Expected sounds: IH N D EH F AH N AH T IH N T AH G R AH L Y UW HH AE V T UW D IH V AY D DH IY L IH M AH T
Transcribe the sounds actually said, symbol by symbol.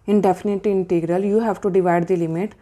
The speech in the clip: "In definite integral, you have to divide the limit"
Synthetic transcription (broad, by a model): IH N D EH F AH N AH T IH N T AH G R AH L Y UW HH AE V T UW D IH V AY D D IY L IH M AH T